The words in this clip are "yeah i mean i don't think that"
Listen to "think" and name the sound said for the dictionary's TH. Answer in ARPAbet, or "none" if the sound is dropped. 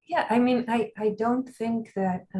TH